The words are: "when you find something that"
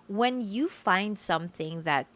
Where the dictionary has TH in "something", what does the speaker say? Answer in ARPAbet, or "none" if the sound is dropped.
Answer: TH